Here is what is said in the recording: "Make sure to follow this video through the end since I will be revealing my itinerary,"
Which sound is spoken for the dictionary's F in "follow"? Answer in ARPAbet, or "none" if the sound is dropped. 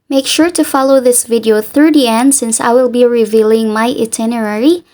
F